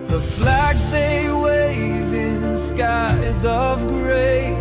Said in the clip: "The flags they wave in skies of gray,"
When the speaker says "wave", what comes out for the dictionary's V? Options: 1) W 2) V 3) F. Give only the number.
2